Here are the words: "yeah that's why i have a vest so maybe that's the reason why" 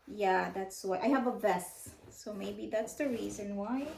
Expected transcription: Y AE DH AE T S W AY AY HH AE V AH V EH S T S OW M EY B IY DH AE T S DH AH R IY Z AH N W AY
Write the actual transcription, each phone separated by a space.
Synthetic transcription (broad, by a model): Y AE DH AE T S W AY AY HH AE V AH V EH S S OW M EY B IY DH AE T S DH AH R IY Z AH N W AY